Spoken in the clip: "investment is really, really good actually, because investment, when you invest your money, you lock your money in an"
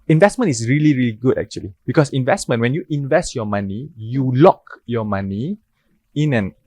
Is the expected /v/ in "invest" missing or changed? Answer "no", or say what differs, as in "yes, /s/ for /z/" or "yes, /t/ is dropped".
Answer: no